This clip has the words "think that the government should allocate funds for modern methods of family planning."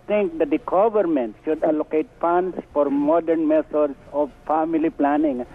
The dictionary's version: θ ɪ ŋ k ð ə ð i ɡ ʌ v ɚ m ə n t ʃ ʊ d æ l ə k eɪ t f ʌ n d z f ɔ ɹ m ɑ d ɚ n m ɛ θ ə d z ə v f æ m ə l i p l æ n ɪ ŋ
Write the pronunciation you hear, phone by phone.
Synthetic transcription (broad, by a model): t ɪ ŋ k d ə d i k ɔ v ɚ m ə n t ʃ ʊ d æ l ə k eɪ t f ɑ n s f ɔ ɹ m ɑ d ɚ n m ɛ t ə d s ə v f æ m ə l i p l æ n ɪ ŋ